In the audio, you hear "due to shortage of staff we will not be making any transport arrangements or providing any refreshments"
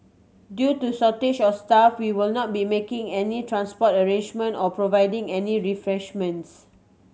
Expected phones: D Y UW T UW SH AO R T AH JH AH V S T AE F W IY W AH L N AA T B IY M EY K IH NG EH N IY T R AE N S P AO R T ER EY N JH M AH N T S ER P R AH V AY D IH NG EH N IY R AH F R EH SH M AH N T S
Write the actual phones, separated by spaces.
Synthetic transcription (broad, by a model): D Y UW T UW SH AO T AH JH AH S T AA F W IY W AH L N AA T B IY M EY K IH NG EH N IY T R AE N S P AO T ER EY N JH M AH N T AO P R AH V AY D IH NG EH N IY R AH F R EH SH M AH N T S